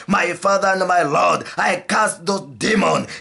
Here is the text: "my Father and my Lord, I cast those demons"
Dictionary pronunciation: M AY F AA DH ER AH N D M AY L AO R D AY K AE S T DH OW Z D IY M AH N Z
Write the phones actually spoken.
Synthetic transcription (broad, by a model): M AY F AA DH ER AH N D M AY L AO D AY K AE S T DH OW D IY M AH N